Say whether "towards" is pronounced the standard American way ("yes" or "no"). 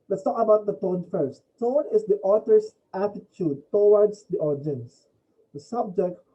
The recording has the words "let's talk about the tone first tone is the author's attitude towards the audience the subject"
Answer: no